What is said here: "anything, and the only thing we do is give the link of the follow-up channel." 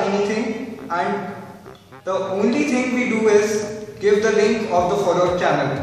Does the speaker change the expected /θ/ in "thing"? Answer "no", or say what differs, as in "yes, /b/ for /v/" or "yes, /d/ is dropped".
yes, /t/ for /θ/